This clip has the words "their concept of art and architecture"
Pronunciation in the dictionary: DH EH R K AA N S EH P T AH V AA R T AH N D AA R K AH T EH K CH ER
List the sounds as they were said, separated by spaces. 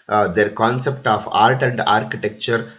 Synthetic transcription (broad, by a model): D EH R K AA N S EH P T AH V AA L T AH N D AA R K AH T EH K CH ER